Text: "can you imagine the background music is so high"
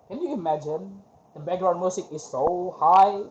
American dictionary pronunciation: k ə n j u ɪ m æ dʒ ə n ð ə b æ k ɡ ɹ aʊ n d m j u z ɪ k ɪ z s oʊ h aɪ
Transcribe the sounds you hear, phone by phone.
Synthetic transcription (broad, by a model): k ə n j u ɪ m æ dʒ ə n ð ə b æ ɡ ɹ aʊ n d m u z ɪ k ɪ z s oʊ h aɪ